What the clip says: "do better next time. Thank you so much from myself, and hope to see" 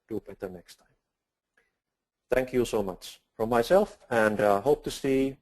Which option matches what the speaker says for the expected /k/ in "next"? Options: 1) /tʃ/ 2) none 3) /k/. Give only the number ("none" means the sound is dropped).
3